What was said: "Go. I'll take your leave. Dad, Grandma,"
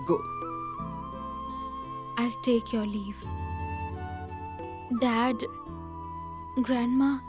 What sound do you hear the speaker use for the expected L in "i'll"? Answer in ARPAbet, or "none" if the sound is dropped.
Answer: L